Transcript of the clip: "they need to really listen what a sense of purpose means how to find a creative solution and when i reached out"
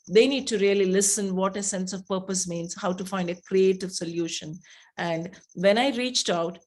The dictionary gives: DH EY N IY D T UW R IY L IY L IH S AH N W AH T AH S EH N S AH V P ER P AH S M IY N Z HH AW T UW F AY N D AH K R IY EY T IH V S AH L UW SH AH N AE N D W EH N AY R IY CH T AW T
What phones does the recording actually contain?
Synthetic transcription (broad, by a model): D EY N IY D T UW R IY L IY L IH S AH N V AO T AH S EH N S AH V P ER P AH S M IY N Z HH AW T UW F AY N D AH K R IY EY T IH V S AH L UW SH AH N AE N D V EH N AY R IY CH T AW T